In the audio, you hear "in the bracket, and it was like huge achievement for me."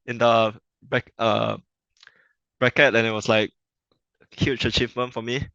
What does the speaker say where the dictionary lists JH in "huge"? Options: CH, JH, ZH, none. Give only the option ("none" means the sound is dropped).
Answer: CH